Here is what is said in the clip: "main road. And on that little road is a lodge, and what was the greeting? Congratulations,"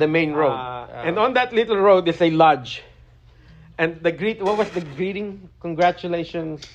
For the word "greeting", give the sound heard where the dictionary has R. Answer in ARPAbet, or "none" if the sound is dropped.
R